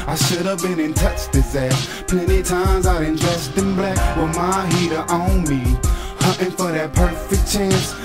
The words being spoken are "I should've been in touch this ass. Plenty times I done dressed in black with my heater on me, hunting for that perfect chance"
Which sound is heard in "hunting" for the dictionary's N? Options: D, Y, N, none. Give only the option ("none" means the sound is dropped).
none